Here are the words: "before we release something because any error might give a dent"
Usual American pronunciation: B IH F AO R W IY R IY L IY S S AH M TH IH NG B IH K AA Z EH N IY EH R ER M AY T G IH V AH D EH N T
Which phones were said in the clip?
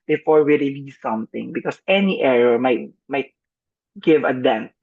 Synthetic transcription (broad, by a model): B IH F AO R W IY R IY L IY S S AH M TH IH NG B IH K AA S EH N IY EH R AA M AY T G IH V AH D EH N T